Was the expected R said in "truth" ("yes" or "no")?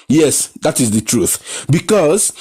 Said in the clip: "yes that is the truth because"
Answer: yes